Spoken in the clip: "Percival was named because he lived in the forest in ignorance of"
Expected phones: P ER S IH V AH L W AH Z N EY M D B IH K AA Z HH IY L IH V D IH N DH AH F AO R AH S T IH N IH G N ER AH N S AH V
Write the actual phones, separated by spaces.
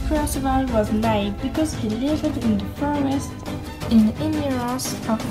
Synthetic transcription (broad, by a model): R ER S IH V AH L W AH Z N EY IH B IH K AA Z HH IY L IH V D IH N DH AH F AO R AH S T IH N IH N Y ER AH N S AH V